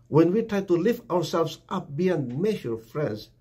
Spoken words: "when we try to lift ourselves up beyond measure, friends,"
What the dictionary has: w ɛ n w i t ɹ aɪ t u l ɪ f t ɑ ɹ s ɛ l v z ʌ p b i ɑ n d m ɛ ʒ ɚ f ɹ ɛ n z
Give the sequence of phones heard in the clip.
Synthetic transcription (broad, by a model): w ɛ n w i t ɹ aɪ t u l ɪ f t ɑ ɹ s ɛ l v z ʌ p b i ɑ n d m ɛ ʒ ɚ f ɹ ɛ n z